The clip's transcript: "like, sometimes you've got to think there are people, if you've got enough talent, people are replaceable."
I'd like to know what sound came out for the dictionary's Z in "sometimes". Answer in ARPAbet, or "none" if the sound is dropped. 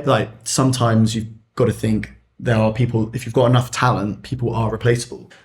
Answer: Z